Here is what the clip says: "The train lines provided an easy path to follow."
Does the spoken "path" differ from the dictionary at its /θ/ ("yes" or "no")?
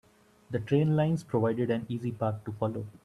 yes